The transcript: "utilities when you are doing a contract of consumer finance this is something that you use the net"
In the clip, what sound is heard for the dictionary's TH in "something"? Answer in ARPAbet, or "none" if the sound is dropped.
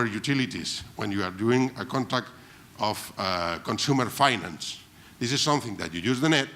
TH